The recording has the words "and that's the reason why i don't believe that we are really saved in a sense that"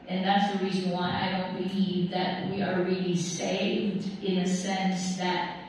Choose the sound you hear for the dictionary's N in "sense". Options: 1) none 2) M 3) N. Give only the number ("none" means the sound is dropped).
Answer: 3